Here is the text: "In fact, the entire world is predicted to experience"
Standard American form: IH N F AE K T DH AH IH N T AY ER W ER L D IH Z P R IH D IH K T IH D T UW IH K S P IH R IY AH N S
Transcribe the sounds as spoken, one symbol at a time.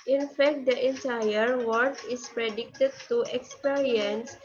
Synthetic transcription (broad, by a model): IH N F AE K T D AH IH N T AY ER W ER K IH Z P R IH D IH K T IH D T UW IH K S P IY R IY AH N S